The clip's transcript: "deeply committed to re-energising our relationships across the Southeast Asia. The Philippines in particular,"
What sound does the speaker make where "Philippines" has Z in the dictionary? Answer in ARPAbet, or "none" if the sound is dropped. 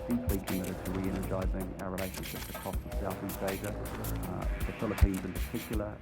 Z